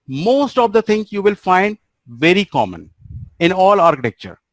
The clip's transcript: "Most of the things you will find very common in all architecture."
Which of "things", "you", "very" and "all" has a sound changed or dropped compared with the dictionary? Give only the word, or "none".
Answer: things